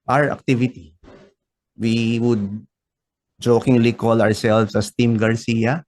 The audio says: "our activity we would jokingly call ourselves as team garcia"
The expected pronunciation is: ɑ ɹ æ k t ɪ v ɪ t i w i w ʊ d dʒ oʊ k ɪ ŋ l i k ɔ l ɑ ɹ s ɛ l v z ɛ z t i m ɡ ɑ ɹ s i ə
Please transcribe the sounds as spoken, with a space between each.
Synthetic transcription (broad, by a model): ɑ ɹ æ k t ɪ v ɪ t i w i w ʊ d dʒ oʊ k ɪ ŋ l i k ɔ l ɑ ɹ s ɛ l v s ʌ s t i m ɡ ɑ ɹ s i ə